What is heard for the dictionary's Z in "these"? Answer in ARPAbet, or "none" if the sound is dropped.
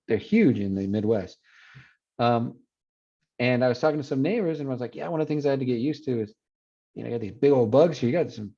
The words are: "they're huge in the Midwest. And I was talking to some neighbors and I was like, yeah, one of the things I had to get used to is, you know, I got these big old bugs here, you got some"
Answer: Z